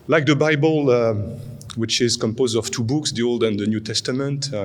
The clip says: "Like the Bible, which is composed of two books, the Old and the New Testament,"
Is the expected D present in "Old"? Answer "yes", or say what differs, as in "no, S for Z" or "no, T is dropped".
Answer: yes